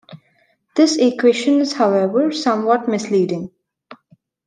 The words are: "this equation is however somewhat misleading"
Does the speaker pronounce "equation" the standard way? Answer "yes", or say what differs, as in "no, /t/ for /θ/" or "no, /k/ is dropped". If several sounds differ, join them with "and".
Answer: no, /ʃ/ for /ʒ/